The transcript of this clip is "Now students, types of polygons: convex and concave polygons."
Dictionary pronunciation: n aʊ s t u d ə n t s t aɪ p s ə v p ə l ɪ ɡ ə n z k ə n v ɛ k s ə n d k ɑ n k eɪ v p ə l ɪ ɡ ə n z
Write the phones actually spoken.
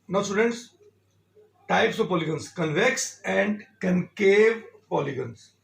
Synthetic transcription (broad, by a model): n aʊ s t u d ə n t s t aɪ p s ə v p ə l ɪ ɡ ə n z k ə n v ɛ k s ə n d k ɑ n k eɪ v p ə l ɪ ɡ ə n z